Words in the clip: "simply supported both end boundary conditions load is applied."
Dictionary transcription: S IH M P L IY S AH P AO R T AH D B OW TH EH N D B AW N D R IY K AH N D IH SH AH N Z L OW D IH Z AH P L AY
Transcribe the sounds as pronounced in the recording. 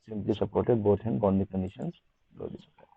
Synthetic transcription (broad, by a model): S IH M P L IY S AH P AO R T AH D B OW T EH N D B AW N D IY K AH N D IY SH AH N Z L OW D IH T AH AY